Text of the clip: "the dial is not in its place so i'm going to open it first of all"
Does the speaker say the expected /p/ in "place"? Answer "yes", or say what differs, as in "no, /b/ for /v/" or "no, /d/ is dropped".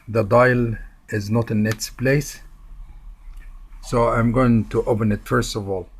yes